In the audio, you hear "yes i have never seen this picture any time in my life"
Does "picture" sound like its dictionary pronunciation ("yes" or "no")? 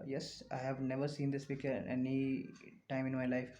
no